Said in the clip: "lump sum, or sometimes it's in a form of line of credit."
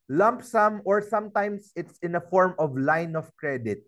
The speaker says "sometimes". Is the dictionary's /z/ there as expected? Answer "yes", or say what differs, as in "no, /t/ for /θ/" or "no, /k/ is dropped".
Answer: no, /s/ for /z/